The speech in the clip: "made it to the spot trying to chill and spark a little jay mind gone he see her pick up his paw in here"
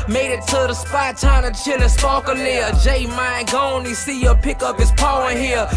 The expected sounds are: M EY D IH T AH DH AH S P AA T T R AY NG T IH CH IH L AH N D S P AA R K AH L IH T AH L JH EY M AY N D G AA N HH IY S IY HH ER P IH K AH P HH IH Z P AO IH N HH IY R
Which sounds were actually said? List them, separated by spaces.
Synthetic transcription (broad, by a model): M EY D IH T AH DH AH S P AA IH T AY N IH CH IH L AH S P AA K AH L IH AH JH EY M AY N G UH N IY S IY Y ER P IH K AH P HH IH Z P AO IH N HH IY R